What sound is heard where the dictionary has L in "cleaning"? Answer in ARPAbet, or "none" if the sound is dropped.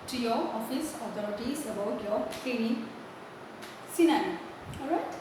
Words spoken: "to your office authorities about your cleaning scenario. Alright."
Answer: none